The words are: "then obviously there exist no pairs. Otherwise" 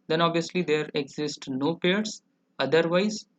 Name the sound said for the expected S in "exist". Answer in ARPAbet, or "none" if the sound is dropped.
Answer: S